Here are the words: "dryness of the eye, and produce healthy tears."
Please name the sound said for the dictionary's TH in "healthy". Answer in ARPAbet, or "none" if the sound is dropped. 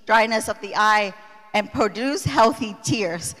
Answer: TH